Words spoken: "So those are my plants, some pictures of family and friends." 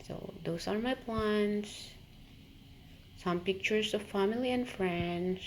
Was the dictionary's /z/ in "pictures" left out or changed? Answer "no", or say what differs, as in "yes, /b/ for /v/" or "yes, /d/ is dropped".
yes, /s/ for /z/